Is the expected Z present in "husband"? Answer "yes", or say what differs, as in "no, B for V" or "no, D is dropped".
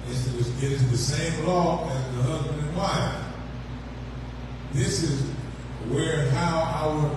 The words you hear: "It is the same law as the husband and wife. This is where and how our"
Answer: yes